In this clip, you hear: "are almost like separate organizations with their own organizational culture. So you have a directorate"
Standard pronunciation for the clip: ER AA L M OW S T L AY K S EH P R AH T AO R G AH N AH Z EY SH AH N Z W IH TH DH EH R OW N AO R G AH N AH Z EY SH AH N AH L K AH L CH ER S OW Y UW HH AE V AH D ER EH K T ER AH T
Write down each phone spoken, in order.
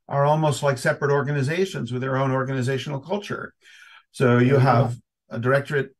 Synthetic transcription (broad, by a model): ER AA L M OW S T L AY K S EH P R AH T AO R G AH N AH Z EY SH AH N Z W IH DH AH R OW N AO R G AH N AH Z EY SH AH N L K AH L CH ER S OW Y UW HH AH V AH D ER EH K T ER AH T